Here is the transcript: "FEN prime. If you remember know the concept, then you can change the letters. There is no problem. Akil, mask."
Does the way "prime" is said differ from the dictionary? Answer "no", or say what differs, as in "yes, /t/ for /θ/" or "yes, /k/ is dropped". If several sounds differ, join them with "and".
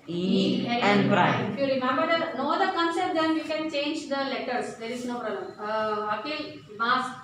yes, /m/ is dropped